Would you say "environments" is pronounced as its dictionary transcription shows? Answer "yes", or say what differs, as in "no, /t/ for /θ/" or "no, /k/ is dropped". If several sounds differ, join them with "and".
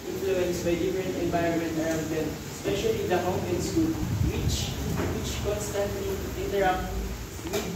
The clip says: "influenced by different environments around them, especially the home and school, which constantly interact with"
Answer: no, /s/ is dropped